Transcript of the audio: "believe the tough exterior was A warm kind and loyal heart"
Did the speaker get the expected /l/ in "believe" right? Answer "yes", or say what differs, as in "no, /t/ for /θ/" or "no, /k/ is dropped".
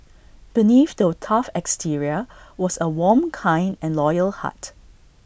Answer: no, /n/ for /l/